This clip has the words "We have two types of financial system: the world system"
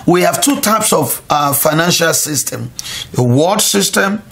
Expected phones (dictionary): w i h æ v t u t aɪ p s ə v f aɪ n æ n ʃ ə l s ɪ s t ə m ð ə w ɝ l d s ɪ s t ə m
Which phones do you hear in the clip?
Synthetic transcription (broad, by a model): w i h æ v t u t aɪ p s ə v f aɪ n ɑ n ʃ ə l s ɪ s t ə m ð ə w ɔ d s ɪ s t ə m